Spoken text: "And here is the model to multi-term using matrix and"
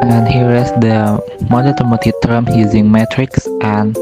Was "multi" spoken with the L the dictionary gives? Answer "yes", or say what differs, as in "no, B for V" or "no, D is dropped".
no, L is dropped